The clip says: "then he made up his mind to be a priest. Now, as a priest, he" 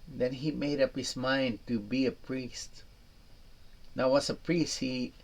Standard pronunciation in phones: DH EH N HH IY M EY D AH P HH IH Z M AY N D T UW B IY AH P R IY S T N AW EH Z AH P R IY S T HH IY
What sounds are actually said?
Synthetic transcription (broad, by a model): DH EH N HH IY M EY D AH P HH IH S M AY N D T UW B IY AH P R IY S T N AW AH S AH P R IY S T HH IY